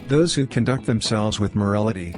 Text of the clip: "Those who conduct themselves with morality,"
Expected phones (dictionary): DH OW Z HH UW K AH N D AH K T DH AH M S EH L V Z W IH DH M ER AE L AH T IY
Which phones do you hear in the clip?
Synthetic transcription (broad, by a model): DH OW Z HH UW K AH N D AH K T DH AH M S EH L V Z W IH DH M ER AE L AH T IY